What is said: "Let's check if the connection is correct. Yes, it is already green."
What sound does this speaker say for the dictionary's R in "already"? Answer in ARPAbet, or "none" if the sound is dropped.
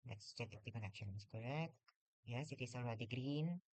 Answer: L